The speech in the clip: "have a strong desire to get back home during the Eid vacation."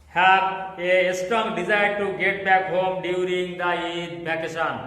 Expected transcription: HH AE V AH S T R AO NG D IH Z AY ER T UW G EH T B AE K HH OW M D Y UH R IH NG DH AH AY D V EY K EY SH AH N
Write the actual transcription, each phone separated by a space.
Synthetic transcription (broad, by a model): HH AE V AH S T AO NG D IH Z AY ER T UW G EH T B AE K HH OW M D Y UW R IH NG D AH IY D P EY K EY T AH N